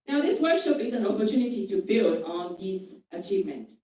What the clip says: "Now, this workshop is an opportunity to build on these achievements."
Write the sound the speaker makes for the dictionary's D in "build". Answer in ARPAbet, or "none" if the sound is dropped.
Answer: D